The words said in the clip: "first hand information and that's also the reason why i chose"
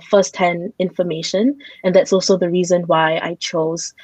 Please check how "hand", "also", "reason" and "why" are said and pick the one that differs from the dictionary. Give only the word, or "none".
hand